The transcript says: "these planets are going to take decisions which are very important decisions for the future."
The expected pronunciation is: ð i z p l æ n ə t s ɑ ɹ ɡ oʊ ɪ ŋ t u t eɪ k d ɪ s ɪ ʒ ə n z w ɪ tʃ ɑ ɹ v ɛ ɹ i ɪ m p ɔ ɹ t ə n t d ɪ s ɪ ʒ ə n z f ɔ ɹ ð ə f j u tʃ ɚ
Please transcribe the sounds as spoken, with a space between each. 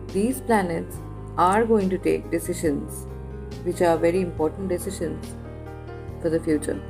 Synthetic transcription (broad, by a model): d i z p l æ n ə t s ɑ ɹ ɡ oʊ ɪ ŋ t u t eɪ k d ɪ s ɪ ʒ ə n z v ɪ tʃ ɑ ɹ v ɛ ɹ i ɪ m p ɔ ɹ t ə n t d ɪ s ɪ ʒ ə n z f ɔ ɹ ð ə f j u tʃ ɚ